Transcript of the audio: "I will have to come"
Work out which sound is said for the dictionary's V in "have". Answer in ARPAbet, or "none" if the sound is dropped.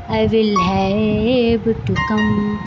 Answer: B